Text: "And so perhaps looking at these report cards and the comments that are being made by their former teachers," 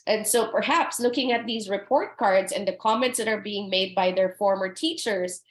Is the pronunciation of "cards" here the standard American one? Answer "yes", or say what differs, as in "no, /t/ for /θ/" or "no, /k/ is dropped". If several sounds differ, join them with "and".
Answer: yes